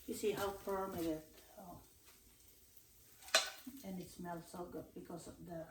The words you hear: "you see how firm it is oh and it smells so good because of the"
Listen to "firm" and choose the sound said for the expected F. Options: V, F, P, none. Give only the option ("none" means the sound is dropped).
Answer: P